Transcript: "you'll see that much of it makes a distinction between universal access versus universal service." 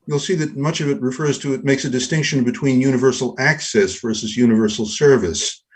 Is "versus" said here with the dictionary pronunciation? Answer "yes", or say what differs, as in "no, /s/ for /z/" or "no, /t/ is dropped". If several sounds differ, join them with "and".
yes